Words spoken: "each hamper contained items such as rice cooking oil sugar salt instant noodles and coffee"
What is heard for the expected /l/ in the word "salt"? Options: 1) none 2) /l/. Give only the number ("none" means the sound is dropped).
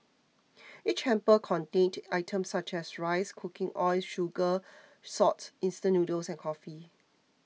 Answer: 1